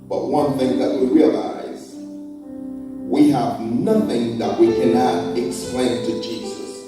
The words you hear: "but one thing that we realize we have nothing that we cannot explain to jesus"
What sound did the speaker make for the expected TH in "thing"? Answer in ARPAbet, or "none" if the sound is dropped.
TH